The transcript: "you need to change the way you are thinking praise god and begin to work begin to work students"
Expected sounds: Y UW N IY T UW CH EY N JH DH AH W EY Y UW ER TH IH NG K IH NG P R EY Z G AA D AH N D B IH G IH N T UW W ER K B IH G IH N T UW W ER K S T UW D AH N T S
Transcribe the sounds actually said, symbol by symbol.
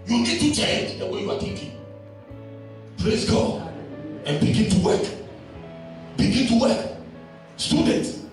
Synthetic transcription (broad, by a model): Y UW N IY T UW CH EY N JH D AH W EY Y UW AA T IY K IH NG P R EY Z G AA D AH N B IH G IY N T UW W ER K B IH G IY N T UW W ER K S T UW D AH N T